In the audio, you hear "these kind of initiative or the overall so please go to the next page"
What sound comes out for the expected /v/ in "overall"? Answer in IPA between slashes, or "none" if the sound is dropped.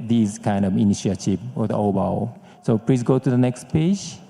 /b/